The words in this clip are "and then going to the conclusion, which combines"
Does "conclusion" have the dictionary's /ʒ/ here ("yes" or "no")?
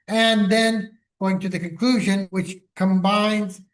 yes